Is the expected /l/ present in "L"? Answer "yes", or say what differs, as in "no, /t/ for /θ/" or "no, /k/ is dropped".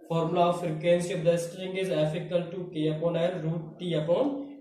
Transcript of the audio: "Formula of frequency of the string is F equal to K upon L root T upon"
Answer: no, /n/ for /l/